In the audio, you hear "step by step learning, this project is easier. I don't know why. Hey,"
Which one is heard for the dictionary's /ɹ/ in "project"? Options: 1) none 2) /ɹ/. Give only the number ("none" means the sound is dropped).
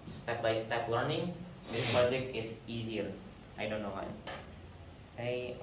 1